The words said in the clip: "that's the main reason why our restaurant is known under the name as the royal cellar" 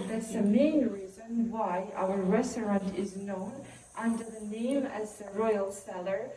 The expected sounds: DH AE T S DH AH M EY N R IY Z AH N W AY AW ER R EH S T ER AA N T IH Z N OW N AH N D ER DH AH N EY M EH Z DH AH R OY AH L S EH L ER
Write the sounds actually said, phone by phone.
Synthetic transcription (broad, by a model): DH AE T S DH AH M EY N R IY Z AH N W AY AW ER R EH S T ER AA N T IH Z N OW N AH N D ER DH AH N EY M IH Z DH AH R OY AH L S EH L ER